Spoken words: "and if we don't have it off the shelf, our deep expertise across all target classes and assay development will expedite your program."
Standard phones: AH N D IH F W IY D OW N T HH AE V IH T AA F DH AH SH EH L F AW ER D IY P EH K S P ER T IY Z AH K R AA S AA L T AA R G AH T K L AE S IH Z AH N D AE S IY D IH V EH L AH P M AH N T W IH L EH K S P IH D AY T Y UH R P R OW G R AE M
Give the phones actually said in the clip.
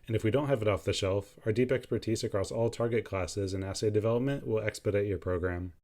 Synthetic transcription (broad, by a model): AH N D IH F W IY D OW N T HH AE V IH T AA F DH AH SH EH L F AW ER D IY P EH K S P ER T IY Z AH K R AA S AA L T AA R G AH T K L AE S IH Z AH N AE S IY D IH V EH L AH P M AH N T W IH L EH K S P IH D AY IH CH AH R P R OW G R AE M